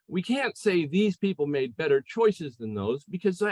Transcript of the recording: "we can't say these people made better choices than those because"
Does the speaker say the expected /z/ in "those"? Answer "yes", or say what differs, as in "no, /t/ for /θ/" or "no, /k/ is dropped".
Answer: yes